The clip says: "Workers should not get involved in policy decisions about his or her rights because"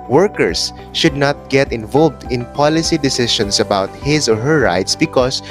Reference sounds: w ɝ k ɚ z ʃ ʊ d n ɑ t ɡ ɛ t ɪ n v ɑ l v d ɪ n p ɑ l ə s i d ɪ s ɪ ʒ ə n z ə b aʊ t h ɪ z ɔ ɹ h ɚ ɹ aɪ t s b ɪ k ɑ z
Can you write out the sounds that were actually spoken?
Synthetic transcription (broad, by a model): w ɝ k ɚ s ʃ ʊ d n ɑ t ɡ ɛ t ɪ n v ɑ l v d ɪ n p ɑ l ə s i d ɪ s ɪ ʃ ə n s ə b aʊ t h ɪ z ɔ ɹ h ɚ ɹ aɪ t s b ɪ k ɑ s